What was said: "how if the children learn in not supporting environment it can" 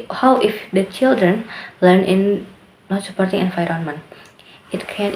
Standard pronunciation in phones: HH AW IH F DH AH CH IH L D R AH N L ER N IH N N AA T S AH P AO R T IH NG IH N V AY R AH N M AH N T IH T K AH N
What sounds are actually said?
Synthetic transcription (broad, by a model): HH AW IH F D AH CH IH L D R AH N L ER N IH N N AA T S AH P AO R T IH NG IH N F AY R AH N M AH N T IH T K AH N